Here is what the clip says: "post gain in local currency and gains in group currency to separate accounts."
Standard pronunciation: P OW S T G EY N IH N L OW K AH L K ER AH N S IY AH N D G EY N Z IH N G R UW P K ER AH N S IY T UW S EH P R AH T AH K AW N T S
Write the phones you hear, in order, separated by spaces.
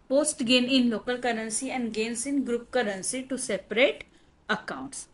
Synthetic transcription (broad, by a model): P OW S T G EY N IH N L OW K AH L K ER AH N S IY AH N D G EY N S IH N G R UW P K ER AH N S IY T UW S EH P R AH T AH K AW N T S